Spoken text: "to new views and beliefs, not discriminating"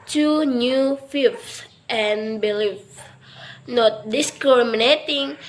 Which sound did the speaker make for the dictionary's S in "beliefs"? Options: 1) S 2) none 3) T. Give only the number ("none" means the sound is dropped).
2